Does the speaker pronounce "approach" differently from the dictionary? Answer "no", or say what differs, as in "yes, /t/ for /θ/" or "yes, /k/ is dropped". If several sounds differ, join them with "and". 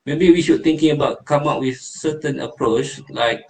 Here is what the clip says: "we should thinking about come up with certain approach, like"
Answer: no